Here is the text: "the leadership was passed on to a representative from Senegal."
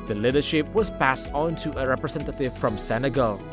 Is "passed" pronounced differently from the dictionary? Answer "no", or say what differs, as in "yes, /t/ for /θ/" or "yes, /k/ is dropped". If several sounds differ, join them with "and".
no